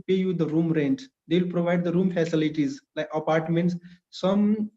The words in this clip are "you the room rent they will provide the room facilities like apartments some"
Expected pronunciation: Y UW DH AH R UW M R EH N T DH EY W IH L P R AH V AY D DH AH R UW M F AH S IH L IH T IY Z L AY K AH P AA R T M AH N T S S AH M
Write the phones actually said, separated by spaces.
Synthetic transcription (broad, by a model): Y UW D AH R UW M R EH N T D EY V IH L P R AH V AY D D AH R UW M F AH S IH L IH T IY Z L AY K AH P AA R T M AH N T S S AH M